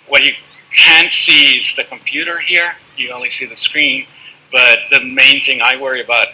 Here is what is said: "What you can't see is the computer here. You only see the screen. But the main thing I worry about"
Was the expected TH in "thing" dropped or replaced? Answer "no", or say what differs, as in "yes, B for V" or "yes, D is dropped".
no